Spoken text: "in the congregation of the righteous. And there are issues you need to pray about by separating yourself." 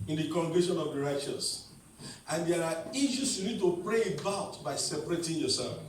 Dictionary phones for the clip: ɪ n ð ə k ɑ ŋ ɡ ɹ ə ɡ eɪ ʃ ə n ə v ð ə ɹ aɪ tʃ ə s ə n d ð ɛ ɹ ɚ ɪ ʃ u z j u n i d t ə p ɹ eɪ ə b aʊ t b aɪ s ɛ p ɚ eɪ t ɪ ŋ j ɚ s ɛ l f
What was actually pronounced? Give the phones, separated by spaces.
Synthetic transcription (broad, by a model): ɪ n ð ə k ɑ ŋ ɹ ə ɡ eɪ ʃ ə n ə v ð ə ɹ aɪ tʃ ə s ə n d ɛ ɹ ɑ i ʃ u s j u n i d t ə p ɹ eɪ ə b aʊ t b aɪ s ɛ p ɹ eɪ t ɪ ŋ j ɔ s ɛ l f